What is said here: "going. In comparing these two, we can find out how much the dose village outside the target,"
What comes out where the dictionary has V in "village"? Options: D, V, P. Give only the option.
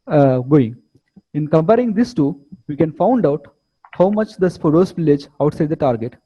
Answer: P